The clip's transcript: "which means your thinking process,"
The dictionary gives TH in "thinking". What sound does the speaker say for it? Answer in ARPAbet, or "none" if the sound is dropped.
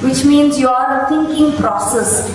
T